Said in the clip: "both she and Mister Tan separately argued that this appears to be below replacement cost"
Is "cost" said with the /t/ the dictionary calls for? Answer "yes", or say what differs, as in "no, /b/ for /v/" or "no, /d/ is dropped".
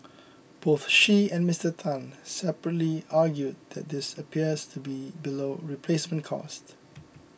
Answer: yes